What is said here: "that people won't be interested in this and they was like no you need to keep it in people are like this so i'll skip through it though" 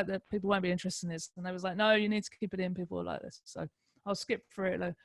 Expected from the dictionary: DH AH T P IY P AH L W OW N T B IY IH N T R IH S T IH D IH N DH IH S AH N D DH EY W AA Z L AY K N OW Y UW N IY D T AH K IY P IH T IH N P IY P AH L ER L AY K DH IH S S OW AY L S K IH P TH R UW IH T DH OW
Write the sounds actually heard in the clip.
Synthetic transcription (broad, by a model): DH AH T P IY P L W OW N B IY IH N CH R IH S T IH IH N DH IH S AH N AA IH W AA Z L AY K N OW Y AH N IY D T AH K IY P IH T IH N P IY P AH L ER L AY K DH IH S S OW AY L S K IH P F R IH T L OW